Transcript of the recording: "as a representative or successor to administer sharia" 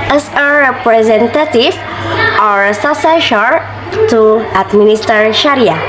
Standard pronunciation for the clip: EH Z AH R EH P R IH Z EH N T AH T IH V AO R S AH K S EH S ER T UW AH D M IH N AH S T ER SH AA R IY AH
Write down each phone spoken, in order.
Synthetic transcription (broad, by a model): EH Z AH R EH P R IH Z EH N T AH T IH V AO R S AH S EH SH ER T UW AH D M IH N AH S T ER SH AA R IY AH